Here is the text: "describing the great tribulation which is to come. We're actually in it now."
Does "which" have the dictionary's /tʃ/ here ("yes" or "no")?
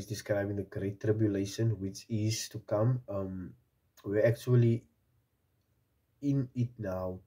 yes